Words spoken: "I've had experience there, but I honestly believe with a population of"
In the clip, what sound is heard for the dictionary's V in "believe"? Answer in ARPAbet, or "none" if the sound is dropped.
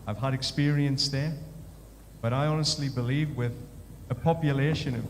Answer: V